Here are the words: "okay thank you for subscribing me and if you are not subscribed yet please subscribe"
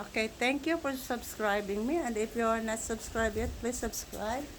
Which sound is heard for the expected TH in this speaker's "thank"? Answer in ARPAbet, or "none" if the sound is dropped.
T